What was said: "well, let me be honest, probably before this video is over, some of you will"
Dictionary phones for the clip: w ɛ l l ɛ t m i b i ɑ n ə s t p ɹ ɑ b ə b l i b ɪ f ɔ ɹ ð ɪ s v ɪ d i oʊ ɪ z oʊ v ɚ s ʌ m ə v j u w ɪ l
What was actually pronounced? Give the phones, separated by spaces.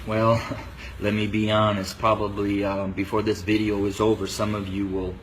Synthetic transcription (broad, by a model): w ɛ l l ɛ t m i b i ɑ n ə s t p ɹ ɑ b ə b l i b ɪ f ɔ ɹ ð ɪ s v ɪ d i oʊ ɪ z oʊ v ɚ s ʌ m ə v j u w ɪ l